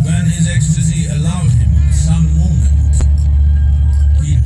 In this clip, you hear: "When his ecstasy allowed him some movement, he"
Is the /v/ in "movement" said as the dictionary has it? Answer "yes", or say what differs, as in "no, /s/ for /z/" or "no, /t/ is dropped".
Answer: no, /v/ is dropped